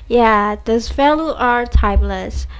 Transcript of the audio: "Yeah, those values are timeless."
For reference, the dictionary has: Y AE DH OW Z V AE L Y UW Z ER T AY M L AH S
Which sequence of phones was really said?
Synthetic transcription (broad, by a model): Y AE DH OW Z F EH L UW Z ER T AY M L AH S